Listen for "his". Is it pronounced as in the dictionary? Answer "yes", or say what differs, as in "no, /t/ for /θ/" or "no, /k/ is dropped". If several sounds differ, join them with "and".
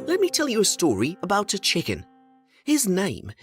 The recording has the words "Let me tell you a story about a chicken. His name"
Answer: yes